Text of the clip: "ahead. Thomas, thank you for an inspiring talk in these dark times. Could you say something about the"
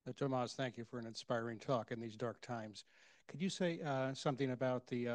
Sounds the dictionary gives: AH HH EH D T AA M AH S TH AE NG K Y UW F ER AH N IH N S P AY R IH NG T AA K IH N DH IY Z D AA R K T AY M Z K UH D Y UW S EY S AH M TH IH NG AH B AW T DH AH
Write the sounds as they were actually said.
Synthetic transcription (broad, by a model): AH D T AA M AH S TH AE NG K Y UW F ER AH N IH N S P AY R IH NG T AA K IH N DH IY Z D AA R K T AY M Z K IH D Y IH S EY S AH M TH IH NG AH B AW T DH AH